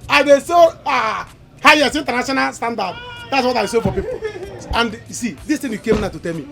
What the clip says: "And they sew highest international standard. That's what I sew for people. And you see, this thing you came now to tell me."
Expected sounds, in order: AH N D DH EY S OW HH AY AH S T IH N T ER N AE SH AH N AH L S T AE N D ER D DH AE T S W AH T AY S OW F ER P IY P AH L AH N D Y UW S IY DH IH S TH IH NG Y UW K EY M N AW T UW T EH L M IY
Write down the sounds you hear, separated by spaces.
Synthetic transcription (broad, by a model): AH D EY S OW HH AY AH S T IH N T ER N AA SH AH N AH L S T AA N D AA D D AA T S W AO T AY S OW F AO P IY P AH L AH N D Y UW S IY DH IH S T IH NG Y UW K EY M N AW T UW T EH L M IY